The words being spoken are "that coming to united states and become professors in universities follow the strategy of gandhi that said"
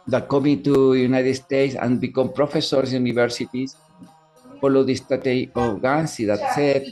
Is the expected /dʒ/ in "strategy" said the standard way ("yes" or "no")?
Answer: no